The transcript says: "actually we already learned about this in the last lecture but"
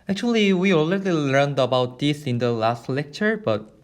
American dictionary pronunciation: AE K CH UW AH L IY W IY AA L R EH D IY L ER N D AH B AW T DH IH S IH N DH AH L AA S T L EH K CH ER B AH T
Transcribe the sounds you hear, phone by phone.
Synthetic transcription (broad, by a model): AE K CH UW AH L IY W IY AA L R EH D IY L ER N D AH B AW T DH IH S IH N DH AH L AA S T L EH K CH ER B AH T